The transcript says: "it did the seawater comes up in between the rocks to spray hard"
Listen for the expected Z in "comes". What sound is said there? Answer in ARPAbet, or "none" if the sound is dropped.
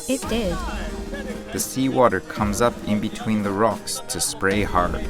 Z